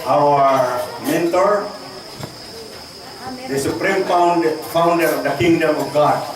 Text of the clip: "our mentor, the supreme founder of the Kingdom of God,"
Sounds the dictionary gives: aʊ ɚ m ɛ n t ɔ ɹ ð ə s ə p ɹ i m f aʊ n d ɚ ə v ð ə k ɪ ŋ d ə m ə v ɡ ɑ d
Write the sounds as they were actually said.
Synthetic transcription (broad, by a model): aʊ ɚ m ɛ n t ɔ ɹ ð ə s ə p ɹ i m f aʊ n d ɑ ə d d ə k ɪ ŋ d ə m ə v ɡ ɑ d